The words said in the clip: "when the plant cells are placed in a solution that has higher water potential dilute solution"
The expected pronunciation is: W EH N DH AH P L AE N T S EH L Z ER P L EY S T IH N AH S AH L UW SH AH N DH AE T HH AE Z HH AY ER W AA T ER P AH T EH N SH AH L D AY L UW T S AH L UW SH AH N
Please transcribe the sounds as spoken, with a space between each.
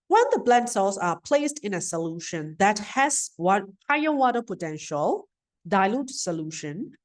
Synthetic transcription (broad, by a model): W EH N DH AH B L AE N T S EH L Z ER P L EY S T IH N AH S AH L UW SH AH N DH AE T HH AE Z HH AY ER W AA T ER P AH T EH N SH AH L D AY L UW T S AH L UW SH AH N